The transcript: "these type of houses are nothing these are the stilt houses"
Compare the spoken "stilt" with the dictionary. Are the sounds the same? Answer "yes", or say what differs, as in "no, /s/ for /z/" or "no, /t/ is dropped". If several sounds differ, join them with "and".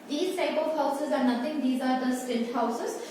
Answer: no, /n/ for /l/